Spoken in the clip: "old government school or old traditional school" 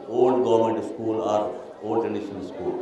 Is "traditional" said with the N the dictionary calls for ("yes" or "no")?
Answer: no